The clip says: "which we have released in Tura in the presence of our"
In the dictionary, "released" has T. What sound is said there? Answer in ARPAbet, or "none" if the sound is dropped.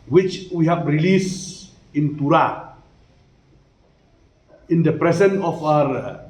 none